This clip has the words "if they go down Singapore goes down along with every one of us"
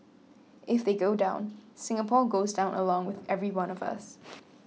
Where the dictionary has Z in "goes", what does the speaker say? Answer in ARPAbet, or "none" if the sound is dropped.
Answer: Z